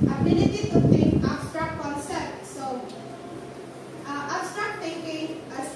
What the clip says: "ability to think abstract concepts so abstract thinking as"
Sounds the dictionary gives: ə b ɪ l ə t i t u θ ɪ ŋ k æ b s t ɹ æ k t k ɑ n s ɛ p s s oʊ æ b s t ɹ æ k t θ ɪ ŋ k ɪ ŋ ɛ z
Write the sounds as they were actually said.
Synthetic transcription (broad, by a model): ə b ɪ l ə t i t u t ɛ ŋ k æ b s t ɹ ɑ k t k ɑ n s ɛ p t s oʊ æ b s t ɹ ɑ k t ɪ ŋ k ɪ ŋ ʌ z